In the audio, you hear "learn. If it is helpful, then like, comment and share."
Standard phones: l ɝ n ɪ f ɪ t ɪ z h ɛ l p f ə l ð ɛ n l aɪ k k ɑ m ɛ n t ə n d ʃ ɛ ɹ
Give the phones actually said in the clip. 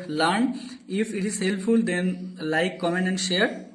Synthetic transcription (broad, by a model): l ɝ n ɪ f ɪ t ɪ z h ɛ l p f ə l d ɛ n l aɪ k k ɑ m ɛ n ə n d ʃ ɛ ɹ